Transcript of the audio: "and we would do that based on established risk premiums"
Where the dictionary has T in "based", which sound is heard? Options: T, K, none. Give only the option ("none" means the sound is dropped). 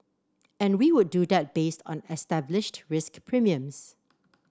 T